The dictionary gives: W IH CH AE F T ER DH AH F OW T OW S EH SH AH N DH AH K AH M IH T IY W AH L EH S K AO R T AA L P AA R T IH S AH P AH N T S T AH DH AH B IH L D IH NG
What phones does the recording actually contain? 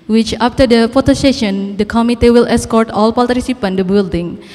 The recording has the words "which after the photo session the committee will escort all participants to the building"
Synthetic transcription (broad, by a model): W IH CH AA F T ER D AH F OW T OW S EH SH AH N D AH K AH M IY T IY W AH L EH S K AO R T AA L P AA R T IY S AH P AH N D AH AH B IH L D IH NG